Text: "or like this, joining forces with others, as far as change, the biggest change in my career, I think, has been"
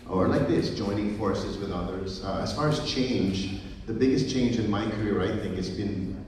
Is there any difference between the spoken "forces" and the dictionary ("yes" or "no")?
no